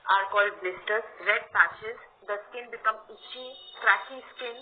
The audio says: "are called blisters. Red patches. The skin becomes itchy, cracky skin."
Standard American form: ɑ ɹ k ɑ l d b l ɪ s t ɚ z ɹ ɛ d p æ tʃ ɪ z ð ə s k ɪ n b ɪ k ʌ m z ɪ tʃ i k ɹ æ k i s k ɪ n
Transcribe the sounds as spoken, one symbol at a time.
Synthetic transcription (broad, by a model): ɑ ɹ k ɑ l d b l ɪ s t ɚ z ɹ ɛ d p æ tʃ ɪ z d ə s k ɪ n b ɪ k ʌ m ɪ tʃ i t ɹ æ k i s k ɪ n